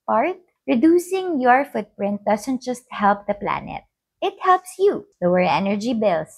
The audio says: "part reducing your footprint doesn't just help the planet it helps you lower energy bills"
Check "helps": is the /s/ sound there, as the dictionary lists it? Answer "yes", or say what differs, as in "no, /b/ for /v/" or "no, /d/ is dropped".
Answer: yes